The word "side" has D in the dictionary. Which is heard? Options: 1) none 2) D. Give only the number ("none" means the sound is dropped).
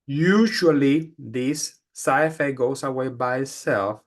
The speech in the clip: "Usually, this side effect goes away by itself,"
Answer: 1